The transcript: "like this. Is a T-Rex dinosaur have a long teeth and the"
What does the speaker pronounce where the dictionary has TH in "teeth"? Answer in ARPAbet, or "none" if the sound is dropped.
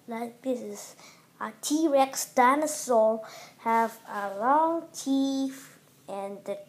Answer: F